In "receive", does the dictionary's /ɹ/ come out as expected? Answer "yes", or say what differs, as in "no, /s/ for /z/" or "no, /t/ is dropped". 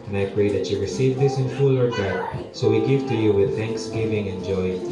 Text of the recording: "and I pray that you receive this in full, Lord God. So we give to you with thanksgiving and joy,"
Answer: yes